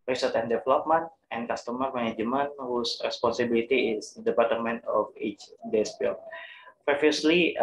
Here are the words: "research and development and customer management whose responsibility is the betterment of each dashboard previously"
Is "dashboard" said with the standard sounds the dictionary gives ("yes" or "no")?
no